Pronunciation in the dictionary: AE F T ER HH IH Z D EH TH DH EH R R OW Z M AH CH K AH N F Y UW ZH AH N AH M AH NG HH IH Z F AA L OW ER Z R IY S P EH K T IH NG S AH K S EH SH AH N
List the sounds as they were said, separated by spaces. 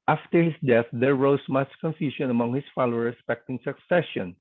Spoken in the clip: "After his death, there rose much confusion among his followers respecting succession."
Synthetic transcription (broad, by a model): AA F T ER HH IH S D EH TH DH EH R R OW S M AH CH K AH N F Y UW S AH N AH M AH NG HH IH S F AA L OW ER R IY S P EH K T IH NG S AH K S EH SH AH N